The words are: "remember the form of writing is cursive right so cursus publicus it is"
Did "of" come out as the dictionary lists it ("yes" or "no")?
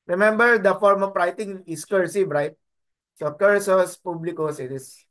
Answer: no